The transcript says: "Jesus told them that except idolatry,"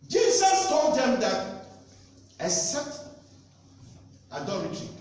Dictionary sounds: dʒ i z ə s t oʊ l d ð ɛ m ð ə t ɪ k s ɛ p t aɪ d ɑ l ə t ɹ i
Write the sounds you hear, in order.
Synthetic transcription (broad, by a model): dʒ i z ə s t oʊ l d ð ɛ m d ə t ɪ s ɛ t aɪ d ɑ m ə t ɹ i